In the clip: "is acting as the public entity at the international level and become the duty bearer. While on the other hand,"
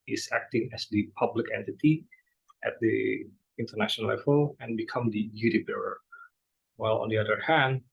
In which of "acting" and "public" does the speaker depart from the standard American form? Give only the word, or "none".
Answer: none